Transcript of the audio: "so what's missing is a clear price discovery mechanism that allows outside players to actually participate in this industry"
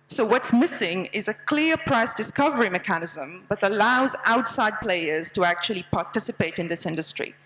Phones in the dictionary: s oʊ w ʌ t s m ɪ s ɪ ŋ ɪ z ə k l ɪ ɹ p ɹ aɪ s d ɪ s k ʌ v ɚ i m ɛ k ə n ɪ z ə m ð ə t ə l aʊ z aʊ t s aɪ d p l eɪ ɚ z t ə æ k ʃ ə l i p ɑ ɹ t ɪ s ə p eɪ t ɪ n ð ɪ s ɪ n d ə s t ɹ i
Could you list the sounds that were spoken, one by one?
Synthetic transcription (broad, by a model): s oʊ w ʌ t s m ɪ s ɪ ŋ ɪ z ə k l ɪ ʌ p ɹ aɪ s d ɪ s k ʌ v ɚ i m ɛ k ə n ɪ z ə m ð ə t ə l aʊ z aʊ t s aɪ d p l eɪ ɚ z t ə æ k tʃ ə l i p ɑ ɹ t ɪ s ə p eɪ t ɪ n ð ɪ s ɪ n d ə s t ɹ i